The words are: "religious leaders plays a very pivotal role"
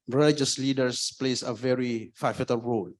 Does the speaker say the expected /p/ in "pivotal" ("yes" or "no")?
no